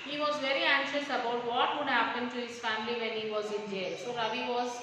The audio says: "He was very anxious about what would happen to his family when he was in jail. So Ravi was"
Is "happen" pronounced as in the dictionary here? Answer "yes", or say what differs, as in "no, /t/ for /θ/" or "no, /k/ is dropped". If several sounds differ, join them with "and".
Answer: no, /f/ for /p/